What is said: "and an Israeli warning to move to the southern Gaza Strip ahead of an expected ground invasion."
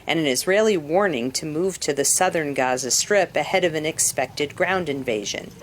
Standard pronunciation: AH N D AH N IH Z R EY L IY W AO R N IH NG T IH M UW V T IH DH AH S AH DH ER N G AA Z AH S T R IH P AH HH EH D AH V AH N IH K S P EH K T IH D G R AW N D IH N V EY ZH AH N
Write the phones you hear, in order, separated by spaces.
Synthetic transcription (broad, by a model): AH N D AH N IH Z R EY L IY W AO R N IH NG T IH M UW V T IH DH AH S AH DH ER N G AA Z AH S T R IH P AH HH EH D AH V AH N IH K S P EH K T IH D G R AW N D IH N V EY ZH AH N